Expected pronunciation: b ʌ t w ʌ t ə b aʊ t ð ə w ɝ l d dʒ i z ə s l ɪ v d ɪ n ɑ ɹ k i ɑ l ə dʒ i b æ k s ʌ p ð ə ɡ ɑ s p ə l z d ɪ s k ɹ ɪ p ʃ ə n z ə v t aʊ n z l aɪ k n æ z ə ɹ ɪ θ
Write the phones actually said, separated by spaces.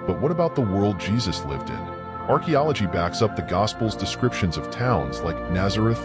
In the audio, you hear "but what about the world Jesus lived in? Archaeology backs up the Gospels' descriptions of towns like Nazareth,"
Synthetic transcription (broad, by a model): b ʌ t w ʌ t ə b aʊ t ð ə w ɝ l d dʒ i z ə s l ɪ v d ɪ n ɑ ɹ k i ɑ l ə dʒ i b æ k s ʌ p ð ə ɡ ɑ s p l z d ɪ s k ɹ ɪ p ʃ ə n z ə v t aʊ n z l aɪ k n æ z ə ɹ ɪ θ